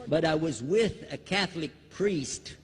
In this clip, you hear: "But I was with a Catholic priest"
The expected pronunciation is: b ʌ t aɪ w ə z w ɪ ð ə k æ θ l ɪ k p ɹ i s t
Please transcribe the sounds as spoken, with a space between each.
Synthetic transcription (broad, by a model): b ʌ t aɪ w ə z w ɪ ð ə k æ θ l ɪ k p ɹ i s t